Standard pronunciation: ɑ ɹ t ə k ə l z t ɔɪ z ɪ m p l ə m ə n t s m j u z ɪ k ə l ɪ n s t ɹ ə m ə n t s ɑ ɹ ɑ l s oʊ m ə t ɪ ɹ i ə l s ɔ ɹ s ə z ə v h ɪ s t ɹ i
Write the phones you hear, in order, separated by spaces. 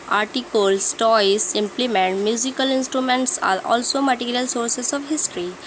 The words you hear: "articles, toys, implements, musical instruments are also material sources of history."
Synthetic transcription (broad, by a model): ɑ ɹ t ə k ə l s t ɔɪ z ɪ m p l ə m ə n t m j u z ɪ k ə l ɪ n s t ɹ ə m ə n t s ɑ ɹ ɑ l s oʊ m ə t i ɹ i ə l s ɔ ɹ s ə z ə v h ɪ s t ɹ i